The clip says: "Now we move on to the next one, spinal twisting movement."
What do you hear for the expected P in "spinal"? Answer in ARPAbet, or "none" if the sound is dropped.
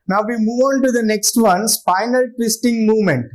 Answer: F